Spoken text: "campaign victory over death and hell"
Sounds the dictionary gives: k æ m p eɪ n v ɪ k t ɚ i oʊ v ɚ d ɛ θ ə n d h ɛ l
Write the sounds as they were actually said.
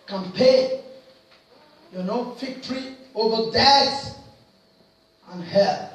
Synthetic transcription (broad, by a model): k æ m p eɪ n f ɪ k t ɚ i oʊ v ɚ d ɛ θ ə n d h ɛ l